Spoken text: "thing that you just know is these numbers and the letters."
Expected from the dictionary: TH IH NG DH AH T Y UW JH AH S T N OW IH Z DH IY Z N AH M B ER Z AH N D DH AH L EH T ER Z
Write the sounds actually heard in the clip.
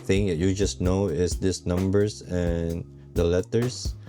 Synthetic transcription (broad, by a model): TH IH NG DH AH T Y UW JH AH S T N OW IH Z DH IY S N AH M B ER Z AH N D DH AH L EH T ER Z